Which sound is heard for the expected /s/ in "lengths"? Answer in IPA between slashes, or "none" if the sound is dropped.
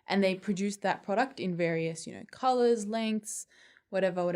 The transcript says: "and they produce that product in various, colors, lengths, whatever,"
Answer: /s/